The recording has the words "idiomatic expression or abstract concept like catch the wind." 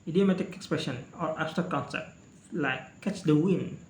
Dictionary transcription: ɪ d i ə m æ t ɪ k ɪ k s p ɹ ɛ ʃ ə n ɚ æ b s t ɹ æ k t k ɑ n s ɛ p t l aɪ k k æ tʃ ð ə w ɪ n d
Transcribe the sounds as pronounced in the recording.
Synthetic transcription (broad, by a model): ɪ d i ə m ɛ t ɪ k ɪ k s p ɹ ɛ ʃ ə n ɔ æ s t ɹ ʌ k k ɑ n s ɛ p t l aɪ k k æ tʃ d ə w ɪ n